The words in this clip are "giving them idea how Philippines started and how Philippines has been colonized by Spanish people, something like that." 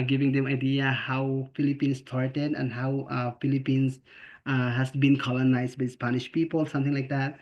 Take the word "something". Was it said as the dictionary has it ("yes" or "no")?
no